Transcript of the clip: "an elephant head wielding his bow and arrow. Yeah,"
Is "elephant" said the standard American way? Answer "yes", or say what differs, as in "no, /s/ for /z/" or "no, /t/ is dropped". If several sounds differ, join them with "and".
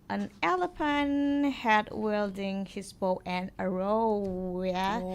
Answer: no, /p/ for /f/